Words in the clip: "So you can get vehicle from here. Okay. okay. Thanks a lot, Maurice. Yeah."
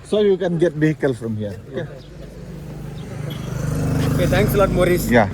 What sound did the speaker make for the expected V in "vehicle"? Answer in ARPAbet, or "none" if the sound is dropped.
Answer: B